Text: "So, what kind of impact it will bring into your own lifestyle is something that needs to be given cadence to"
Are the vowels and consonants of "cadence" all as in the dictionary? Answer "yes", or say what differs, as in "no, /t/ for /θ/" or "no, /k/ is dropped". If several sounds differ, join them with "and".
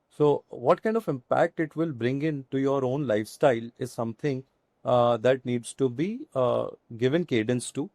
yes